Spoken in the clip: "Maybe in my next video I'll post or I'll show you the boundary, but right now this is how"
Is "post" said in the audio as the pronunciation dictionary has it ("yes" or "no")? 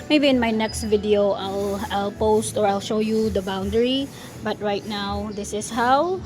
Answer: yes